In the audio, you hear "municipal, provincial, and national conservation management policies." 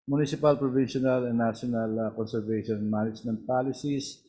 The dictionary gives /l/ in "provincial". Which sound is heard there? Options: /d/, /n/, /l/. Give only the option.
/n/